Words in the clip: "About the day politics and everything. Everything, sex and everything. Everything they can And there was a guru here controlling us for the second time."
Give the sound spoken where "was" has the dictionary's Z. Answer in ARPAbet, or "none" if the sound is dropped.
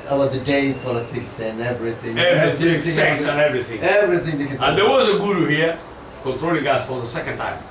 Z